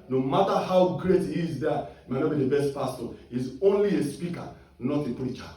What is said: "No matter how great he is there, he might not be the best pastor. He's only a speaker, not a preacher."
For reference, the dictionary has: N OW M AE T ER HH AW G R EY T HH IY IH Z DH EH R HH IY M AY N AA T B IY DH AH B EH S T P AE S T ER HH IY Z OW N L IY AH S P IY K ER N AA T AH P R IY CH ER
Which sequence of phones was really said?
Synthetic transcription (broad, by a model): N OW M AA T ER HH AW G R EY T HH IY IH Z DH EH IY M AY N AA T B IY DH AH B EH S T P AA S T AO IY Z OW N L IY AH S P IY K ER N AA T AH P R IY CH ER